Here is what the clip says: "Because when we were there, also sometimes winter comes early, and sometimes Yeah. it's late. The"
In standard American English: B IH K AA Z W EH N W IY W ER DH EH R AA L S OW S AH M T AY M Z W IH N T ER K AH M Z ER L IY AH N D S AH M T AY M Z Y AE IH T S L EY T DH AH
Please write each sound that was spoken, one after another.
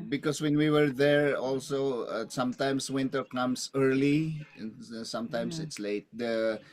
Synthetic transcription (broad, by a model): B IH K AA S W EH N W IY W ER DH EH R AA L S OW S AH M T AY M S W IH N T ER K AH M S ER L IY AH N S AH M T AY M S IH T S L EY T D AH